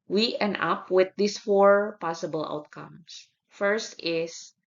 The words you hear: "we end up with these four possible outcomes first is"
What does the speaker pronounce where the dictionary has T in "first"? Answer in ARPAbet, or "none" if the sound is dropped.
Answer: T